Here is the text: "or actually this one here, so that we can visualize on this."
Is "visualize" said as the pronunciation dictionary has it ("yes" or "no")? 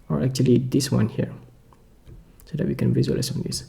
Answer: no